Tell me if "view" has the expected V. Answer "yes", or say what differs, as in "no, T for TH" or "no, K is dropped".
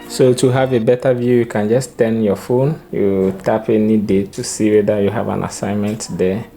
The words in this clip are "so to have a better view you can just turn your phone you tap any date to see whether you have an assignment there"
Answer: yes